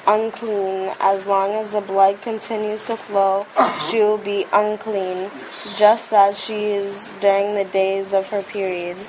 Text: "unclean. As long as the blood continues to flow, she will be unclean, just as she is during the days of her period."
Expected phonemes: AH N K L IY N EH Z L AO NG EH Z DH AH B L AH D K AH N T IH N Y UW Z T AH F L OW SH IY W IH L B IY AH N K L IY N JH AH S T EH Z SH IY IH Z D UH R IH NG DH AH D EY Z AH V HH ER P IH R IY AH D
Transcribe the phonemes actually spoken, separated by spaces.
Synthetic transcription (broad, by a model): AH N K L IY N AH Z L AO NG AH Z DH AH B L AH D K AH N T IH N Y UW Z T AH F L OW SH IY W IH L B IY AH N K L IY N JH AH S T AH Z SH IY IH Z D UH R IH NG DH AH D EY Z AH V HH ER P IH R IY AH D